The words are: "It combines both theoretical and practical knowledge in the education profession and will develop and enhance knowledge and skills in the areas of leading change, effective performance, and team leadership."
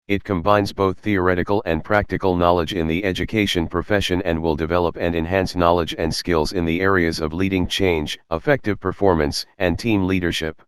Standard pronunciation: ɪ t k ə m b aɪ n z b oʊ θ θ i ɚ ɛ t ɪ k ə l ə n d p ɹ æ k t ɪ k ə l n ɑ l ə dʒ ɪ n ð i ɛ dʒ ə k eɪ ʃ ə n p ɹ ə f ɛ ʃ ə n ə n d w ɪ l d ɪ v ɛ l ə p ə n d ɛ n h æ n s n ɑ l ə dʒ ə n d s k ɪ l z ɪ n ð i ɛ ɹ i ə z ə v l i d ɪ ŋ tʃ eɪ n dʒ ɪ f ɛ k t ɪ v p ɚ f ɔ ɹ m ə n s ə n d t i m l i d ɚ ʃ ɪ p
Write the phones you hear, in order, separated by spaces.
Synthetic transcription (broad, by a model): ɪ t k ə m b aɪ n z b oʊ θ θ i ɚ ɛ t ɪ k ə l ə n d p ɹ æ k t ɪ k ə l n ɑ l ə dʒ ɪ n ð i ɛ dʒ ə k eɪ ʃ ə n p ɹ ə f ɛ ʃ ə n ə n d w ɪ l d ɪ v ɛ l ə p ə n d ɛ n h æ n s n ɑ l ə dʒ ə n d s k ɪ l z ɪ n ð i ɛ ɹ i ə z ə v l i d ɪ ŋ tʃ eɪ n dʒ ɪ f ɛ k t ɪ v p ɚ f ɔ ɹ m ə n s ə n t i m l i d ɚ ʃ ɪ p